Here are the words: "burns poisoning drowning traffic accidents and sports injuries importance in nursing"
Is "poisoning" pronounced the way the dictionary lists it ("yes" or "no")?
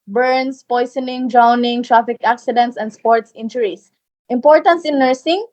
no